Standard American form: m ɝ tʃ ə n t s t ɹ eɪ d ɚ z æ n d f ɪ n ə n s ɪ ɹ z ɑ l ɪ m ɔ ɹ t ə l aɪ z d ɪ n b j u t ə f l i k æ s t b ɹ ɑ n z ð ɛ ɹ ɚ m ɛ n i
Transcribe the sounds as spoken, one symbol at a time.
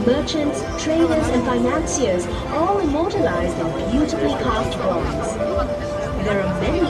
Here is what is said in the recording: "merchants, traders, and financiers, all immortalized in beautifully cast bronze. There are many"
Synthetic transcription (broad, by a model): m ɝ tʃ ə n t s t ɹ eɪ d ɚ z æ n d f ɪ n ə n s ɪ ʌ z ɑ l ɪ m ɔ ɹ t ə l aɪ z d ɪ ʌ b j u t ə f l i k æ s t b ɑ z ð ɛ ɹ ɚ m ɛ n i